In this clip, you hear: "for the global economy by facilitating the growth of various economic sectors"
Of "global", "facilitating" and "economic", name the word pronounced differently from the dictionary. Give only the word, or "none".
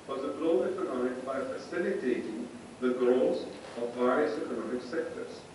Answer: global